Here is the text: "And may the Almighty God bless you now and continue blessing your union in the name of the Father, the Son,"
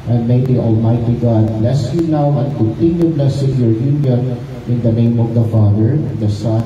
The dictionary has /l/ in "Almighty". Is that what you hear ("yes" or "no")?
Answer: yes